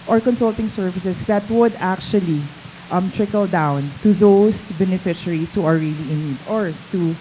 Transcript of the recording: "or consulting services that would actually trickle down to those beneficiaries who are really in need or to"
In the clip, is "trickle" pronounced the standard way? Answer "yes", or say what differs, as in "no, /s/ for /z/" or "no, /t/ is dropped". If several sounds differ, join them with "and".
yes